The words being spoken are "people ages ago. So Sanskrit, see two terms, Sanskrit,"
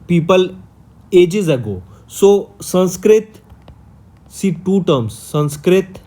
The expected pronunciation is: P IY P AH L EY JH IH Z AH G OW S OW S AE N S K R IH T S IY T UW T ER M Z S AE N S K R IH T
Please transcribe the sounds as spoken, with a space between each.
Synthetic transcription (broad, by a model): P IY P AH L EY JH IH Z AH G OW S OW S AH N S K R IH T S IY T UW T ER M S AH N S K R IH T